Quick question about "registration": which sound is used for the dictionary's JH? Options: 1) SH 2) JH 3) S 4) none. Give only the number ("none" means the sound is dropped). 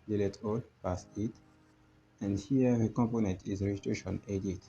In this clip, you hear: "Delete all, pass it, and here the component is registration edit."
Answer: 4